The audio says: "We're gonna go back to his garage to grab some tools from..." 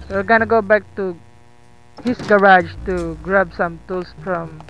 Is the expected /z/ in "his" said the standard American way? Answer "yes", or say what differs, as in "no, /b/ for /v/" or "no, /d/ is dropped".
no, /s/ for /z/